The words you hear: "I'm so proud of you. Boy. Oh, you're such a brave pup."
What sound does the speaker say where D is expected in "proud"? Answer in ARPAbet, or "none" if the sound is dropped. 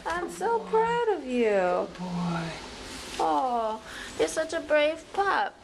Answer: D